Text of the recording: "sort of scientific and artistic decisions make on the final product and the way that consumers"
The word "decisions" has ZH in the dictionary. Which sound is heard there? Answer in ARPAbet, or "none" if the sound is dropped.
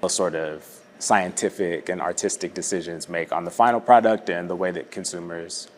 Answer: ZH